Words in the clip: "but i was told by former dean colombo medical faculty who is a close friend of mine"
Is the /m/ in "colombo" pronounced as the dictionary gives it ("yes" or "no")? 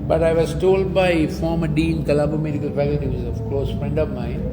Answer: no